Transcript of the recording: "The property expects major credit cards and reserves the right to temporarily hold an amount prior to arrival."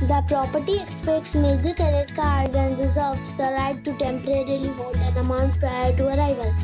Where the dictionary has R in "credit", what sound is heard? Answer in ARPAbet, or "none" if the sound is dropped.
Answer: none